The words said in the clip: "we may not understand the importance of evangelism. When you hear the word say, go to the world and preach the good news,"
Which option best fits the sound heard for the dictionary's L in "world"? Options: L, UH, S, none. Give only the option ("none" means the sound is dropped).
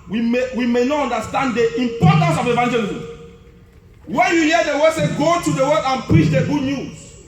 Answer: none